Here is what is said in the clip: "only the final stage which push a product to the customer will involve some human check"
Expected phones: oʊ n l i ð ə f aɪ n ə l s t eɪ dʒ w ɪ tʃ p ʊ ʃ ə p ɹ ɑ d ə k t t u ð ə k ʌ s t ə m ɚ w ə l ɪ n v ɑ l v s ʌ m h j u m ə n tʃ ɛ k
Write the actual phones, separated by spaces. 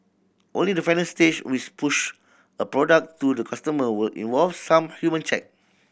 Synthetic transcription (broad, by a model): oʊ n l i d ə f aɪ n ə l s t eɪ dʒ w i s p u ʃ ə p ɹ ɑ d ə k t t u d ə k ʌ s t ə m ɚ w ə l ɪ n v ɑ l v s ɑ m h j u m ə n tʃ ɛ k